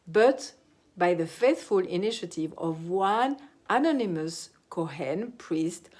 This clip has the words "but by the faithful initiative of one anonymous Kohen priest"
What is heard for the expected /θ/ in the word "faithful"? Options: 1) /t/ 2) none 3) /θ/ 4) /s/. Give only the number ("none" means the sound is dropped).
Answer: 3